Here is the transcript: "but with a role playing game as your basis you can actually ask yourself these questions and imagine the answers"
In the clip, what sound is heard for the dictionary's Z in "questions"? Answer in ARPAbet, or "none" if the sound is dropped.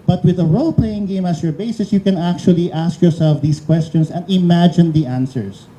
S